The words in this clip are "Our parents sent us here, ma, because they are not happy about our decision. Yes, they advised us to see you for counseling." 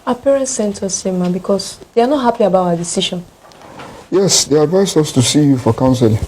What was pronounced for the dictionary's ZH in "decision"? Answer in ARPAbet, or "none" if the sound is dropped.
SH